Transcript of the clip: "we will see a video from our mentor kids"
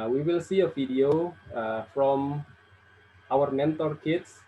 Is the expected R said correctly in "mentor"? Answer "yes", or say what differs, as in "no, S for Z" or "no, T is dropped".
yes